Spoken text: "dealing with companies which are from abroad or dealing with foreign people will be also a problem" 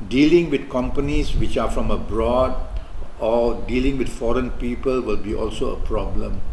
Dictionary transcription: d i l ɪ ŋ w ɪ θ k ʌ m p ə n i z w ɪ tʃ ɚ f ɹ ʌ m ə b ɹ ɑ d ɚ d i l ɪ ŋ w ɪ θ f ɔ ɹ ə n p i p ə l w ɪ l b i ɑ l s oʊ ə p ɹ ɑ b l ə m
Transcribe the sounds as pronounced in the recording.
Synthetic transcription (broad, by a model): d i l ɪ ŋ w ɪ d k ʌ m p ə n i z w ɪ tʃ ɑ f ɹ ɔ m ə b ɹ ɑ d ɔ d i l ɪ ŋ w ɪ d f ɔ ɹ ə n p i p ə l w ɪ l b i ɑ l s oʊ ə p ɹ ɑ b l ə m